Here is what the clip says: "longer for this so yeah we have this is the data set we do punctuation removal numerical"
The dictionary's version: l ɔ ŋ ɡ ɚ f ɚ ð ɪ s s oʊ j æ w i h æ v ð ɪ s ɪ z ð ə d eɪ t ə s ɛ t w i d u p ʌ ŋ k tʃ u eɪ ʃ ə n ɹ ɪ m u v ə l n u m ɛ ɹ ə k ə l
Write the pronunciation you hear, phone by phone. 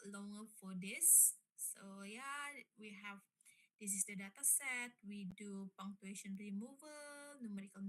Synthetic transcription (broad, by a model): l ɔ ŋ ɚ f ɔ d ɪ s s oʊ j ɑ w i h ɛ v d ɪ s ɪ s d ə d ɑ t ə s ɛ t w i d u p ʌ ŋ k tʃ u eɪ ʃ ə n ɹ ɪ m u v ə l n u m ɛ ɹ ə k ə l